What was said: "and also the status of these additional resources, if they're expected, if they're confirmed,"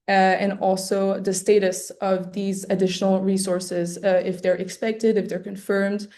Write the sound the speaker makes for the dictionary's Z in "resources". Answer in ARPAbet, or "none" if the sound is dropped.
Z